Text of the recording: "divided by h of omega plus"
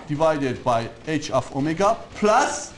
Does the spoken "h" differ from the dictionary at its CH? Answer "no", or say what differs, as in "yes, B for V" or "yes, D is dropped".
no